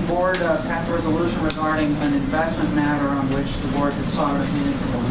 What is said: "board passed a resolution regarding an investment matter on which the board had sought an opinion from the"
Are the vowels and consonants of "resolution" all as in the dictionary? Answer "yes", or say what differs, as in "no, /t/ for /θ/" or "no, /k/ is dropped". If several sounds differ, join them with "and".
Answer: yes